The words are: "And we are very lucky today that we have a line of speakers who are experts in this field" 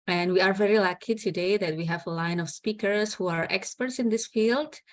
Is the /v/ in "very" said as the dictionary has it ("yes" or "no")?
yes